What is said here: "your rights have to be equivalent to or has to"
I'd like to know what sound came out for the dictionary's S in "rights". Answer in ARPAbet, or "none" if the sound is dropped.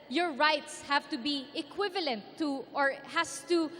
S